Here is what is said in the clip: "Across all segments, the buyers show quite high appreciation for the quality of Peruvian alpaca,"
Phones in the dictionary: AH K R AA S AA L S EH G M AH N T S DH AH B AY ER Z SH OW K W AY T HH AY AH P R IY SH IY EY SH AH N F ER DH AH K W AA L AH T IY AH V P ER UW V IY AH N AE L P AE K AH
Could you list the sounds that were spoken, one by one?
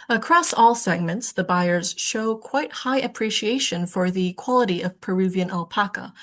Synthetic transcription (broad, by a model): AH K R AA S AA L S EH G M AH N T S DH AH B AY ER Z SH OW K W AY T HH AY AH P R IY SH IY EY SH AH N F ER DH AH K W AA L AH T IY AH V P ER UW V IY AH N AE L P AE K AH